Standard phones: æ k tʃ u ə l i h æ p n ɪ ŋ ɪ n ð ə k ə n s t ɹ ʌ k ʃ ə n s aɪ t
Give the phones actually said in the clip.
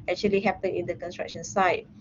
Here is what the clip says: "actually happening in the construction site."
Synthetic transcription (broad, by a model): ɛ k tʃ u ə l i h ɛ p ɪ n ɪ n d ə k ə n s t ɹ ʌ k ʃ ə n s aɪ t